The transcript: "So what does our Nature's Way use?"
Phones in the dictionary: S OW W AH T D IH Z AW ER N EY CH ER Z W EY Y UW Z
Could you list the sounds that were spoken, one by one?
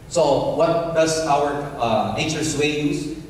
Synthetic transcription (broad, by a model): S OW W AH T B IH S AW ER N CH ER S W EY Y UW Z